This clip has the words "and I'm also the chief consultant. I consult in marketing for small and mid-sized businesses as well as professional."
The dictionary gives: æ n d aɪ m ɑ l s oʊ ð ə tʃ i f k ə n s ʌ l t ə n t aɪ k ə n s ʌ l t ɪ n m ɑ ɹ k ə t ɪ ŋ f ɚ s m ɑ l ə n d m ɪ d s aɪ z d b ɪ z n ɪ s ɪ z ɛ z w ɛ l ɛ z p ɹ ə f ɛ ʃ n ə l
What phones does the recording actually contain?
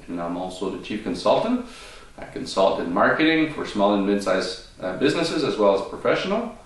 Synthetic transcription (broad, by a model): n aɪ m ɑ l s oʊ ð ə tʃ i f k ə n s ʌ l t ə n t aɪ k ə n s ʌ l t ɪ n m ɑ ɹ k ə t ɪ ŋ f ɚ s m ɑ l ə n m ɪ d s aɪ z b ɪ z n ɪ s ɪ z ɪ z w ɛ l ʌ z p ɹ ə f ɛ ʃ n l